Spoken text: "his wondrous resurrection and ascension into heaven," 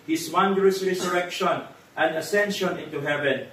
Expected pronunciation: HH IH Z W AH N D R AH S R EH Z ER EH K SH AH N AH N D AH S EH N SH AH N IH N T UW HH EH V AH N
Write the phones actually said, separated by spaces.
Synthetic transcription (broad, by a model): HH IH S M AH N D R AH S R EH S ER EH K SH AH N AH N D AH S EH N SH AH N IH N T UW HH EH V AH N